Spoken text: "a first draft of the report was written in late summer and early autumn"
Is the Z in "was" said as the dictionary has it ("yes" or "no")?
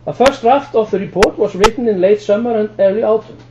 no